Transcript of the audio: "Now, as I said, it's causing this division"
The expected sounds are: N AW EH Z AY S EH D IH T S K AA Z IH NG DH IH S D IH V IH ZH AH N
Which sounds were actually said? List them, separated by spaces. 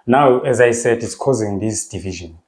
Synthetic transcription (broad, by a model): N AW EH Z AY S EH D IH T S K AA Z IH NG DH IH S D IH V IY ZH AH N